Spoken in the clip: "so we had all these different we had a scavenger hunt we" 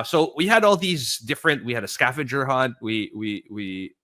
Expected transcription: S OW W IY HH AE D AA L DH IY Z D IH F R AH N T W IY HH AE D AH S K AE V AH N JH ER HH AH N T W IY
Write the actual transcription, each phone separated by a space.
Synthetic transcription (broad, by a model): S OW W IY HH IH D AA L DH IY Z D IH F R AH N T W IY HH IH D AH S K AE F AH JH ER HH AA N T W IY